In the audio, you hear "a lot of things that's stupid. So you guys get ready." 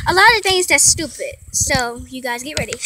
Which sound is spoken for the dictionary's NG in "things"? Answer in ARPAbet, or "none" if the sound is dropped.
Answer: NG